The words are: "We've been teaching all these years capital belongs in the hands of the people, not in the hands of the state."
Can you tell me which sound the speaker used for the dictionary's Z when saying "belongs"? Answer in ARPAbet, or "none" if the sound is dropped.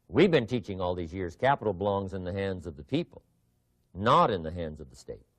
Z